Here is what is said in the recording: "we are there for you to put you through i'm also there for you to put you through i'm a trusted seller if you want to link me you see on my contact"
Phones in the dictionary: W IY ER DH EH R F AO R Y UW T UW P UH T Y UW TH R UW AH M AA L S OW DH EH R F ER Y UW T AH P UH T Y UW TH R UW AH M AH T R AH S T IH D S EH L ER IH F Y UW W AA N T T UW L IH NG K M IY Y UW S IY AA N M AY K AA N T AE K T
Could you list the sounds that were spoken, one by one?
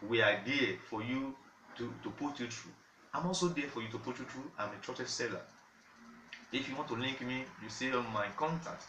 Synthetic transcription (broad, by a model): W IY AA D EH F AO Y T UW T UW P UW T Y UW T R UW AH M AA L S OW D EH F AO Y UW T AH P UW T Y UW T R UW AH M AH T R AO T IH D S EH L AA IH F Y UW W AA N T T UW L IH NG K M IY Y UW S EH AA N M AY K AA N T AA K T